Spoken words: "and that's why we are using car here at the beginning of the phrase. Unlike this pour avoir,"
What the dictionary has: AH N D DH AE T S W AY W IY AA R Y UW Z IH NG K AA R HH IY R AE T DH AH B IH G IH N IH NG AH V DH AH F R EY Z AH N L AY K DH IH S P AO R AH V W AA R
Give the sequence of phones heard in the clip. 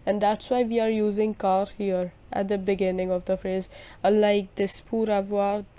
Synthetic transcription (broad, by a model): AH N D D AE T S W AY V IY AA R Y UW Z IH NG K AA R HH IY R AE T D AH B IH G IH N IH NG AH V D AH F R EY Z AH L AY K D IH S P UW R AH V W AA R